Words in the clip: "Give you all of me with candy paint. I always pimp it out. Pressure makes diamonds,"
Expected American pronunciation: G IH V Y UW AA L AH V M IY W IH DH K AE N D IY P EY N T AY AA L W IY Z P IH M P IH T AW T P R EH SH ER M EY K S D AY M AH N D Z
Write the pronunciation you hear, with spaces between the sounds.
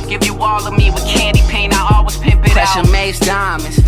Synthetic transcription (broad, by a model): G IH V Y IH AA L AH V M IY W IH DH K AE N D IY P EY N AY AA L W IY Z P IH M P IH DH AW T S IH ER M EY S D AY M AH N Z